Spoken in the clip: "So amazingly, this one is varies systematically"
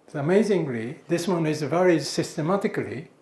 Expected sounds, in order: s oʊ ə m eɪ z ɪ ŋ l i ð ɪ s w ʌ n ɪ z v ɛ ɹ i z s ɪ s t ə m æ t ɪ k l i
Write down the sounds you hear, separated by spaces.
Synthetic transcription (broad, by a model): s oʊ ə m eɪ z ɪ ŋ l i ð ɪ s w ʌ n ɪ z v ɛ ɹ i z s ɪ s t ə m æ t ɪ k l i